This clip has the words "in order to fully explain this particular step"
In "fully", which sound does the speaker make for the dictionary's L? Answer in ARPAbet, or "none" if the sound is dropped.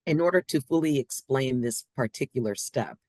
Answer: L